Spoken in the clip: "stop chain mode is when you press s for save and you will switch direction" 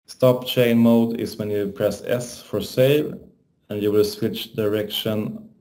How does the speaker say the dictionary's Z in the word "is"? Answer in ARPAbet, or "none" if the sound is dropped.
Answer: S